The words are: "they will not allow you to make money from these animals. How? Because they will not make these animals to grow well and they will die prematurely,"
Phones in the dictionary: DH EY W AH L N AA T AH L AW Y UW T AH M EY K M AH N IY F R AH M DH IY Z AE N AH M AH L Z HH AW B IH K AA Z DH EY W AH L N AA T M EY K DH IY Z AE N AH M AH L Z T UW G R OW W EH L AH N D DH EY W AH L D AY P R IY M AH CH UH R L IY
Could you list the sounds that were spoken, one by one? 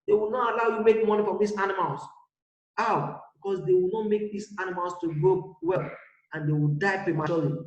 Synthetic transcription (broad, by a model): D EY W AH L N AA T AH L AW Y UW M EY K M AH N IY F R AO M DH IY S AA N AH M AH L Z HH AW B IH K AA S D EY W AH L N AA T M EY K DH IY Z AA N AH M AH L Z T UW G OW W EH L AH N D EY W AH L D AY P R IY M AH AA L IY